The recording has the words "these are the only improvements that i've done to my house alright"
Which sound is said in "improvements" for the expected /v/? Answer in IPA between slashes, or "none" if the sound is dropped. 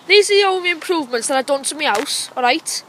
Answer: /v/